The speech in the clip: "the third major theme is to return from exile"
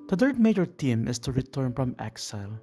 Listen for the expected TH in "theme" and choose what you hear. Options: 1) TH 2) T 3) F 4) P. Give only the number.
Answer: 2